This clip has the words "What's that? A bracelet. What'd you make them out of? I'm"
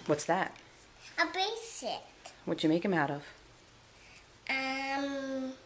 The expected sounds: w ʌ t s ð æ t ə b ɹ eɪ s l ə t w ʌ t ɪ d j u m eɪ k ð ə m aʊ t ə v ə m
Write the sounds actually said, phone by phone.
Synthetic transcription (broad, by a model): w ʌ t s ð æ t ə b eɪ s ə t w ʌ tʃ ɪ m eɪ k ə m aʊ t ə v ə m